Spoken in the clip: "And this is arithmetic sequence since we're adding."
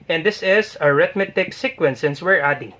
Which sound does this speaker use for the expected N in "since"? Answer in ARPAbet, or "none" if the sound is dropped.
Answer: N